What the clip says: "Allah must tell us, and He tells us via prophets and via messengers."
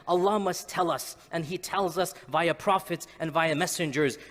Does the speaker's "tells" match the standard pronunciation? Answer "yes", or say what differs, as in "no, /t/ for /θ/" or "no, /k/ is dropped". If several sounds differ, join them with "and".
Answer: yes